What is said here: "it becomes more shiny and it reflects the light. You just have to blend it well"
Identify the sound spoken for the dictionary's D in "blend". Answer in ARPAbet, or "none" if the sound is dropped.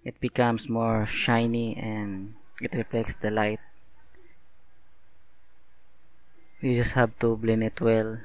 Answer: none